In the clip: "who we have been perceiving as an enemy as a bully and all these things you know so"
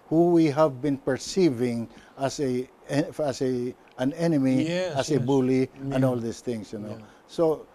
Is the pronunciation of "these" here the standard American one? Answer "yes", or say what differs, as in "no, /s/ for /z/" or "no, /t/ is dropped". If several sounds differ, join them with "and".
no, /s/ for /z/